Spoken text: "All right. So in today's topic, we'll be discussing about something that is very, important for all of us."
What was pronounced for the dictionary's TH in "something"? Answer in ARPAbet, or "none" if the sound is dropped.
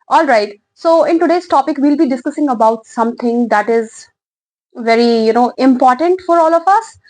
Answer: T